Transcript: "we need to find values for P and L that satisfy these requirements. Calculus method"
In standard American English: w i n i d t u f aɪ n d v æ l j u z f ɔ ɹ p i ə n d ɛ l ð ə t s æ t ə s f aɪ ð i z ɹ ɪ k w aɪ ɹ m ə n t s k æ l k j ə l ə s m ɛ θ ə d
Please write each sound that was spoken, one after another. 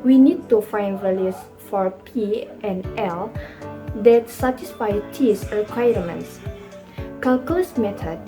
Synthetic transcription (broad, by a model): w i n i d t u f aɪ n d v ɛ l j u s f ɔ ɹ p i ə n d ɛ l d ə t s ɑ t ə s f aɪ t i s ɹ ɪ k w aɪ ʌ m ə n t s k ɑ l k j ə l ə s m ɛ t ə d